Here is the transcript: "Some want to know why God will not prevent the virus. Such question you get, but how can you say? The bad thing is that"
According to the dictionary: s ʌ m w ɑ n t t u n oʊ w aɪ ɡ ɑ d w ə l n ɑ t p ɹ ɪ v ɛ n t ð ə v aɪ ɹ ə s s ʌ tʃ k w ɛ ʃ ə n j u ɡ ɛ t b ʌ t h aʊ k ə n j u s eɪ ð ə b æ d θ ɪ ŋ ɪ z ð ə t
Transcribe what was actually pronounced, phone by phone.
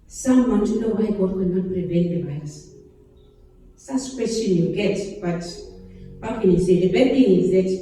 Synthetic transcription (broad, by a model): s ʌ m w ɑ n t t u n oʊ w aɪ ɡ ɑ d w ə n ɑ t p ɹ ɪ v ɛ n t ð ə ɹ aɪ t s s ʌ s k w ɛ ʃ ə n j u ɡ ɛ t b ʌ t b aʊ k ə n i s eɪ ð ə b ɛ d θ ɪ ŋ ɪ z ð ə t